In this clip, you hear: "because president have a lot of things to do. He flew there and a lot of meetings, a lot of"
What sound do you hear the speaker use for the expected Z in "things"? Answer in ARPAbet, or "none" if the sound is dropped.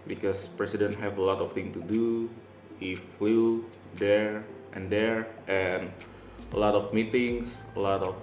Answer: none